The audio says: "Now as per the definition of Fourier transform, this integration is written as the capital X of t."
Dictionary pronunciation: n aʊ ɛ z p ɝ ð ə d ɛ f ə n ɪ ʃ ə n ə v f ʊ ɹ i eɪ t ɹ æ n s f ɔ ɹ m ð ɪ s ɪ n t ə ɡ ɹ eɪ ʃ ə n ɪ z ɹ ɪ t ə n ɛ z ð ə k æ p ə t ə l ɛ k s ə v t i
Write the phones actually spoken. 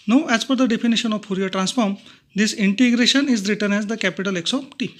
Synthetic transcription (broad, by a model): n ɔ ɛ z f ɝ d ə d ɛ f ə n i ʃ ə n ə v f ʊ ɹ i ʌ t ɹ æ n s f ɔ ɹ m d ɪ s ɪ n t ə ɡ ɹ eɪ ʃ ə n ɪ z ɹ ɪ t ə n ɛ z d ə k æ p ə t ə l ɛ k s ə p t i